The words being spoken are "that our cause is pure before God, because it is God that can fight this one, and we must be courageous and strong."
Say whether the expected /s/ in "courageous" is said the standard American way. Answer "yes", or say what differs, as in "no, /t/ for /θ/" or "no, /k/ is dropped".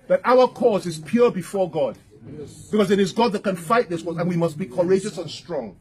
yes